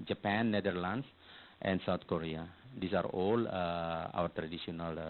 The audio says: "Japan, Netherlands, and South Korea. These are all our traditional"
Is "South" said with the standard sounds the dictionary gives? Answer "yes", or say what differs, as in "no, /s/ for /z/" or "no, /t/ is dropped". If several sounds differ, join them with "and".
no, /t/ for /θ/